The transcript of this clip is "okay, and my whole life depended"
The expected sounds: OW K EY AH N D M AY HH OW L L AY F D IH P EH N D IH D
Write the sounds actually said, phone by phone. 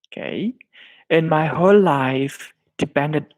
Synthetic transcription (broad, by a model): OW K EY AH N M AY HH OW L L AY F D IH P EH N D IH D